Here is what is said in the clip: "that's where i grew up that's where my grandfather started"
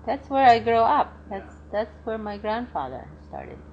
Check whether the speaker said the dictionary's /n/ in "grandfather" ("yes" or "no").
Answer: yes